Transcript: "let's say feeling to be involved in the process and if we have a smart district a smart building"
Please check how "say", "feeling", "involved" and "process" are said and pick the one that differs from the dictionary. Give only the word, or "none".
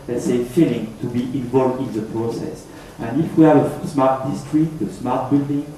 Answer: none